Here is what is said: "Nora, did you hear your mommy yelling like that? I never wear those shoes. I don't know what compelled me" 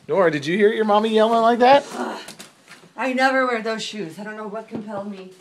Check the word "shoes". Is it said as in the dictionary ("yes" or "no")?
yes